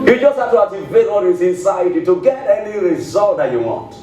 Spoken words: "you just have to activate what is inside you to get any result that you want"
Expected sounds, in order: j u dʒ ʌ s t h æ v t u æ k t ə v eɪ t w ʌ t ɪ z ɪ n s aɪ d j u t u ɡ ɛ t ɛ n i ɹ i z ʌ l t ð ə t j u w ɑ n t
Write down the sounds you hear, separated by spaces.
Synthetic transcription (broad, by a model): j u dʒ ʌ s t h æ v t u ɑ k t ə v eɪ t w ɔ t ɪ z ɪ n s aɪ d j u t u ɡ ɛ t ɛ n i ɹ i z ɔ l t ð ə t j u w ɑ n t